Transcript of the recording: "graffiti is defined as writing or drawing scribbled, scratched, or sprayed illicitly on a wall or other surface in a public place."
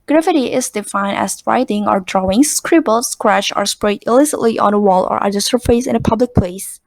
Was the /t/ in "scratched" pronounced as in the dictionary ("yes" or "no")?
no